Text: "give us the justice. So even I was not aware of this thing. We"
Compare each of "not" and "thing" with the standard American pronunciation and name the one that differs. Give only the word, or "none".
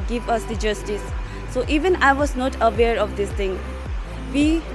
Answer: thing